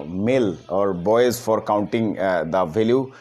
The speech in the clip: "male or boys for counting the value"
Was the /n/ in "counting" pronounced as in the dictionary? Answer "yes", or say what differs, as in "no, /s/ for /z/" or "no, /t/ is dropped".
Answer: yes